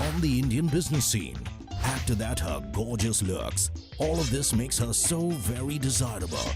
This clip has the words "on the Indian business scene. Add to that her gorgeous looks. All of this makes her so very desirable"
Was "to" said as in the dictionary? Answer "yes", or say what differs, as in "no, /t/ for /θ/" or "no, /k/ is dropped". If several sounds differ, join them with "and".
yes